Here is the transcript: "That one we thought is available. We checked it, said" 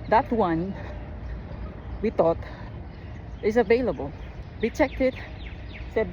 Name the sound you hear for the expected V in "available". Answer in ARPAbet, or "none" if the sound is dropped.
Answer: V